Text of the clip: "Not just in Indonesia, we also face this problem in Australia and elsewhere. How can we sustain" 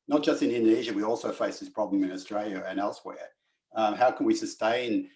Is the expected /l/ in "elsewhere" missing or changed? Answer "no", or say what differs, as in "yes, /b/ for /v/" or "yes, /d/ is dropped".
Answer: no